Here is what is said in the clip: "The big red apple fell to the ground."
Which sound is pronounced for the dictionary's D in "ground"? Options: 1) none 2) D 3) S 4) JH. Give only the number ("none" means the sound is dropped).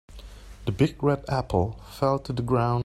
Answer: 1